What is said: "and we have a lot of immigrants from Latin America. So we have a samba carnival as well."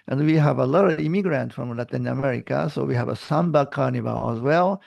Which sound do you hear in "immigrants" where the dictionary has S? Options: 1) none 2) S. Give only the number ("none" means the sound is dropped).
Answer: 1